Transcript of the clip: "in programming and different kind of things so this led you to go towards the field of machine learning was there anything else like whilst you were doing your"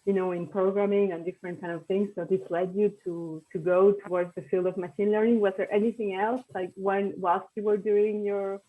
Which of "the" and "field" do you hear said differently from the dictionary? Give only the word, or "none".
none